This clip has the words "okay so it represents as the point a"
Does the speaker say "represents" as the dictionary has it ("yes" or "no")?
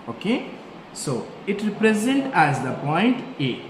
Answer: no